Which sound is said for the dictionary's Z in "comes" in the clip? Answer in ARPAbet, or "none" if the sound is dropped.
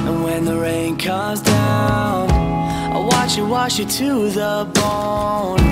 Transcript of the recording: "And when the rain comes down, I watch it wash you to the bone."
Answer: Z